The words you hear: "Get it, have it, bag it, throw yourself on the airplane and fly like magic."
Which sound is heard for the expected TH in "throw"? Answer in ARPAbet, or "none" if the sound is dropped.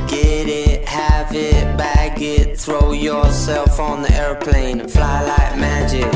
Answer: TH